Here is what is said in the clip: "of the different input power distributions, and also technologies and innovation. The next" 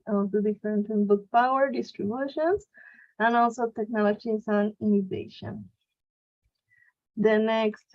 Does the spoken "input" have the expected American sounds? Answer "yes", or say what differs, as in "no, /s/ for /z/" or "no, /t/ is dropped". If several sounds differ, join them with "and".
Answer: no, /b/ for /p/